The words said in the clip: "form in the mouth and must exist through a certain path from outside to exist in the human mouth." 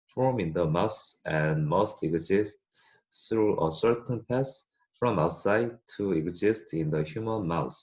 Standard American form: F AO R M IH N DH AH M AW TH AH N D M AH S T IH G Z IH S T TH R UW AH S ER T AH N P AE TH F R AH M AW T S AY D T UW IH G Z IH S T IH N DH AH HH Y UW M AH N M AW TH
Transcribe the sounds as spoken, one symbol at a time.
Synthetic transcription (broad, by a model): F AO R M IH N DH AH M AW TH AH N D M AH S T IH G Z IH S T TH R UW AH S ER T AH N P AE S F R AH M AW T S AY D T UW IH G Z IH S T IH N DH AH HH Y UW M AH N M AW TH